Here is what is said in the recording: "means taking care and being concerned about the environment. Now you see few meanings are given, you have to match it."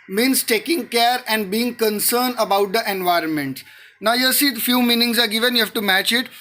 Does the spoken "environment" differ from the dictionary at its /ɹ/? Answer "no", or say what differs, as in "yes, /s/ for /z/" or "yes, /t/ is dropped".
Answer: no